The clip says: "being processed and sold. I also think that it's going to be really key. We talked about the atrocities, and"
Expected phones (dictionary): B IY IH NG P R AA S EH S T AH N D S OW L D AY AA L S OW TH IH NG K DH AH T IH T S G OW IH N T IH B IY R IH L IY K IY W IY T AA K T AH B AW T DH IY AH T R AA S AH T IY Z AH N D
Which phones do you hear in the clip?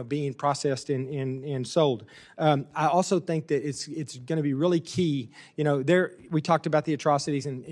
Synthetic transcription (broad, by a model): B IY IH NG P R AA S EH S T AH N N S OW L D AY AA L S OW TH IH NG K DH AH T IH T S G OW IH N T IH B IY R IH L IY K IY W IY T AA K T AH B AW T DH IY AH T R AA S AH T IY Z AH N